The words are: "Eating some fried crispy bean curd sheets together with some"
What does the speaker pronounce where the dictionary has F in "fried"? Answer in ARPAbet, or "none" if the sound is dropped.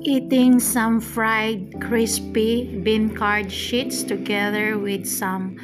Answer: F